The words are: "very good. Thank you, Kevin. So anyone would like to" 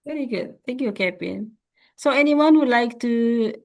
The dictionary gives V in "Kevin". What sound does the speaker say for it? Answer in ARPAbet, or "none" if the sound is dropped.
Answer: P